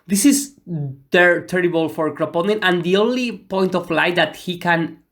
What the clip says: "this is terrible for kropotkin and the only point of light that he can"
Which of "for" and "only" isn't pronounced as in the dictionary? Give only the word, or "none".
none